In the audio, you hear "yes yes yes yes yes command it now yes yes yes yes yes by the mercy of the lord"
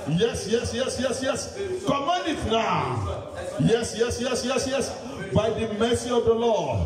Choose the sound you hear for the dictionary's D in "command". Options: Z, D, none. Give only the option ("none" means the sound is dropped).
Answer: none